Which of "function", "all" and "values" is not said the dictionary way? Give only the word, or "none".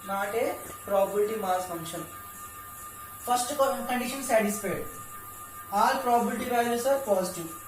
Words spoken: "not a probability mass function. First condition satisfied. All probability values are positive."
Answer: values